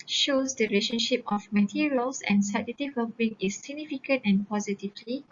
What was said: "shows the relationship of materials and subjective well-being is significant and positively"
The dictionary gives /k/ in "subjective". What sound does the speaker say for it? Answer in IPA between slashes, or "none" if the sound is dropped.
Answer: none